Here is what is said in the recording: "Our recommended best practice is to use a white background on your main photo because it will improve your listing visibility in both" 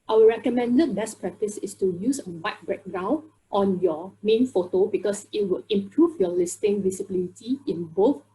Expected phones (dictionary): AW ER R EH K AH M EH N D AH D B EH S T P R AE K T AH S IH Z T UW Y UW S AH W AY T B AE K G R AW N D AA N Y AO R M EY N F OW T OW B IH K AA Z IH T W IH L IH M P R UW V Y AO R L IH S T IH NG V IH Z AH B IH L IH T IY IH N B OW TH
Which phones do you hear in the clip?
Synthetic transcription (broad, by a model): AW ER R EH K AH M EH N D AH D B EH S P R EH K T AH S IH S T UW Y UW S AH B AY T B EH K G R AW N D AA N Y AO M EY N F OW T OW B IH K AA S IH T W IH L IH M P R UW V Y AO L IH S T IH NG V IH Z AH B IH L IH T IY IH N B OW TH